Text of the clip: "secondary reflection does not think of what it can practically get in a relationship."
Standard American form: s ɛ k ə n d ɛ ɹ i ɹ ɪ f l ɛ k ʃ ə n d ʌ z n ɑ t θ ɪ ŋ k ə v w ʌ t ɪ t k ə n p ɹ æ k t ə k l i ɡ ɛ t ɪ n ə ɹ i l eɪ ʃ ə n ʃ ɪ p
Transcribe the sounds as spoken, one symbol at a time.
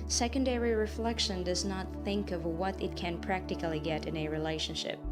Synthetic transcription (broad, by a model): s ɛ k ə n d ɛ ɹ i ɹ ɪ f l ɛ k ʃ ə n d ʌ z n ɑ t θ ɪ ŋ k ə v w ʌ t ɪ t k ə n p ɹ æ k t ə k l i ɡ ɛ t ɪ n ə ɹ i l eɪ ʃ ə n ʃ ɪ p